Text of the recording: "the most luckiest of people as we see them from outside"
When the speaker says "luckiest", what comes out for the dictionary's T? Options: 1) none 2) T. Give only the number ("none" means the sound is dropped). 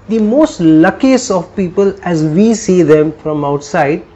1